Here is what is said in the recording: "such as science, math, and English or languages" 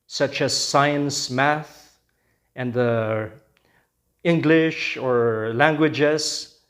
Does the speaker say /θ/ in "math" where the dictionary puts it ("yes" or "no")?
yes